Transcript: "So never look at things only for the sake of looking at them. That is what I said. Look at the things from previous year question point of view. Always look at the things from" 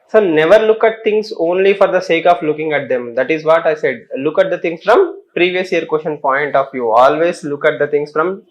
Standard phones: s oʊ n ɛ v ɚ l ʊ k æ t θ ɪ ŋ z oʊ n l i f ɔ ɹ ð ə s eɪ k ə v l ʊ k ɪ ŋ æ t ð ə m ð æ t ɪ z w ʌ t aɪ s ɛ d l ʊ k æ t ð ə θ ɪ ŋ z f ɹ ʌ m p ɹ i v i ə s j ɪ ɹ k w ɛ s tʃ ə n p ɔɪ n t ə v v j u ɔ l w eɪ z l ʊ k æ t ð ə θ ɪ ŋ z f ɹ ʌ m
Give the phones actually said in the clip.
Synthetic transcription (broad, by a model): s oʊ n ɛ v ɚ l ʊ k æ t t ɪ ŋ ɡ oʊ n l i f ɔ ɹ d ə s eɪ k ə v l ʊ k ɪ ŋ æ t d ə m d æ t ɪ z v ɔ t aɪ s ɛ d l ʊ k æ t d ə t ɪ ŋ s f ɹ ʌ m p ɹ i v i ə s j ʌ ɹ k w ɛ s ʃ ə n p ɔɪ n t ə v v j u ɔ l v eɪ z l ʊ k æ t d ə t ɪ ŋ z f ɹ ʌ m